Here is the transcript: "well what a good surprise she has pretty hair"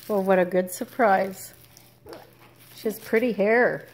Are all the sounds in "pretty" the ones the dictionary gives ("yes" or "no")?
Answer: yes